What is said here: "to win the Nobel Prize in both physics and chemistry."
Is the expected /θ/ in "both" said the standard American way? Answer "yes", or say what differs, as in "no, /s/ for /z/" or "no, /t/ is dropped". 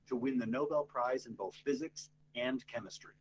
yes